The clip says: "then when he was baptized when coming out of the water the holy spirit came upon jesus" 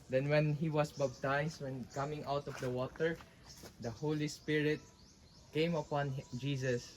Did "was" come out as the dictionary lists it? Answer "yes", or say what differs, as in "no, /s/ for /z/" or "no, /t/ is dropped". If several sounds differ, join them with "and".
no, /s/ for /z/